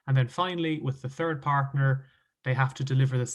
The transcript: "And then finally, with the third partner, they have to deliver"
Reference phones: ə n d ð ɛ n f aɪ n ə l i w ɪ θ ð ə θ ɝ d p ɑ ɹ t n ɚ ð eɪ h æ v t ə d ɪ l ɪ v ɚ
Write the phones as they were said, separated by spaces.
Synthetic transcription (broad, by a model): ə n ð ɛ n f aɪ n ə l i w ɪ ð ə θ ɝ d p ɑ ɹ t n ɚ ð eɪ h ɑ f t ə d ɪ l ɪ v ɚ